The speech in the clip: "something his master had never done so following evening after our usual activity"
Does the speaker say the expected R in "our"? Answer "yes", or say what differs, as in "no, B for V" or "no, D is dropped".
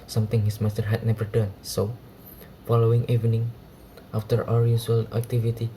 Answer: yes